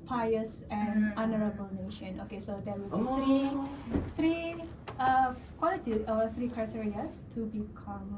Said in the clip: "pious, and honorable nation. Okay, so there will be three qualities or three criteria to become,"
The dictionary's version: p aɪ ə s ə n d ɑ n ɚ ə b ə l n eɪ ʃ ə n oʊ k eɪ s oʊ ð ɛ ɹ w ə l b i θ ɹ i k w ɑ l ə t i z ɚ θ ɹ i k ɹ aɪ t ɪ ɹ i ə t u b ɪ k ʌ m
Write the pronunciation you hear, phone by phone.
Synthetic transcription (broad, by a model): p aɪ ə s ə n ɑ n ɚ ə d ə n eɪ ʃ ə n oʊ k eɪ s oʊ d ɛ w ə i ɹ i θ ɹ i k w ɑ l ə t i ɔ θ ɹ i k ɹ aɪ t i ɹ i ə t u b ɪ k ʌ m